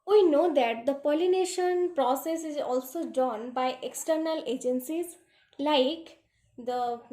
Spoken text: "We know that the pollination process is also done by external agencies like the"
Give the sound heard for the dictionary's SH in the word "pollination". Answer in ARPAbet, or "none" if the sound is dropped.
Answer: SH